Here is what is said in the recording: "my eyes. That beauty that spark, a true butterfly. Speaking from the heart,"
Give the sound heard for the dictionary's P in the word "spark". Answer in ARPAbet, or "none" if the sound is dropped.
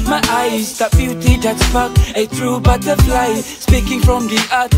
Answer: F